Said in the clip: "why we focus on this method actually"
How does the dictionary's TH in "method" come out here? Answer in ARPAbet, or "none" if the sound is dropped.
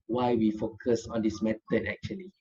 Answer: T